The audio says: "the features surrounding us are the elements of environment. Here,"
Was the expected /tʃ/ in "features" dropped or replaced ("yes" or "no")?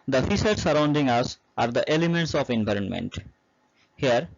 yes